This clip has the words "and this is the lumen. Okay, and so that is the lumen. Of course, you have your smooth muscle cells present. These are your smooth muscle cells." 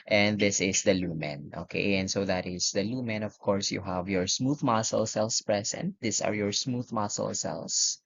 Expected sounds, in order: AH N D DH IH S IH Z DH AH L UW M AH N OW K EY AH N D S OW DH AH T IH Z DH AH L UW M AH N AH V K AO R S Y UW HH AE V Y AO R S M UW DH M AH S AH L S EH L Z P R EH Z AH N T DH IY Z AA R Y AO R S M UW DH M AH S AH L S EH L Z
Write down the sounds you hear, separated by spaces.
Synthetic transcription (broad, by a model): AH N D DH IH S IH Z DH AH L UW M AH N OW K EY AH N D S OW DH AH T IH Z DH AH L UW M AH N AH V K AO R S Y UW HH AE V Y AO R S M UW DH M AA S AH L S EH L S P R EH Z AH N T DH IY S AA R Y AO R S M UW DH M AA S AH L S EH L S